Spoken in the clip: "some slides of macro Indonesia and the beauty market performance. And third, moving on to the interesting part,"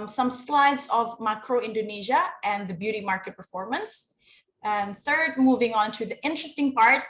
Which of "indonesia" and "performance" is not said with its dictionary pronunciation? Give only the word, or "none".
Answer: none